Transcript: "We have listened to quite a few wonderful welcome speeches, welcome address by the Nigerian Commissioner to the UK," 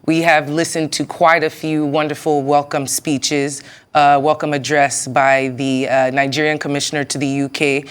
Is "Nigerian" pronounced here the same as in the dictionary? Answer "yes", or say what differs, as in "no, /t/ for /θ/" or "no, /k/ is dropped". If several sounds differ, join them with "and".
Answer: yes